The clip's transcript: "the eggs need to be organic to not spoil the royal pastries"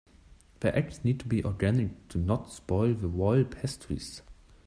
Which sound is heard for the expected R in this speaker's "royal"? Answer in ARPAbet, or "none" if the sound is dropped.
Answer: W